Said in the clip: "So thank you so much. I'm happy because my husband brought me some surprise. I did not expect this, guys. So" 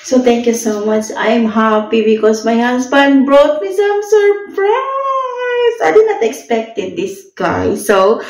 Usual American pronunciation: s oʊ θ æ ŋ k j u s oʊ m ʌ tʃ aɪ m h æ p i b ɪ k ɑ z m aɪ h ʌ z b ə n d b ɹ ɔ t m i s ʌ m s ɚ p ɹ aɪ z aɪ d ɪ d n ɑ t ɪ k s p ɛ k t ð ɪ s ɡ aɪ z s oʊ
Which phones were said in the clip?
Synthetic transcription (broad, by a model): s oʊ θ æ ŋ k j u s oʊ m ʌ tʃ aɪ m h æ p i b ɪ k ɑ s m aɪ h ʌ s b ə n d b ɹ ɔ t m i s ʌ m s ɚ p ɹ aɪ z aɪ d ɪ d n ɑ t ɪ k s p ɛ k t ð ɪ s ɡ aɪ s oʊ